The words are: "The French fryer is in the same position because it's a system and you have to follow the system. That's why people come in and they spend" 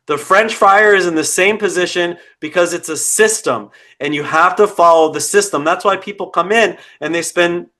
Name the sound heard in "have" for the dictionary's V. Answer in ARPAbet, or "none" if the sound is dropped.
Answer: F